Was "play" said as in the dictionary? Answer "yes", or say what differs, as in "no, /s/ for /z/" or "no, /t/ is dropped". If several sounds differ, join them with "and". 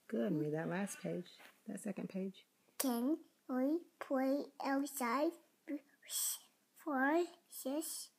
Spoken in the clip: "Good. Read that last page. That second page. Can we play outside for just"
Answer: no, /l/ is dropped